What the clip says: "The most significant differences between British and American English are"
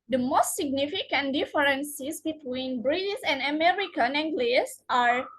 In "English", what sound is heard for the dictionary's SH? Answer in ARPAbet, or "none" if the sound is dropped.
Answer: S